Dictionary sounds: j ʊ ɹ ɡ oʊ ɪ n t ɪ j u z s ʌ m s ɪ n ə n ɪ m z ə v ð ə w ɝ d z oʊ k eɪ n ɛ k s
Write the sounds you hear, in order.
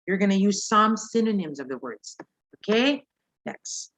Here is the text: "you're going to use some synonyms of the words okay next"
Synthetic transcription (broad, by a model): j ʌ ɹ ɡ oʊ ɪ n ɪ j u z s ʌ m s ɪ n ə n ɪ m z ə v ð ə w ɝ d z oʊ k eɪ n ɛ k s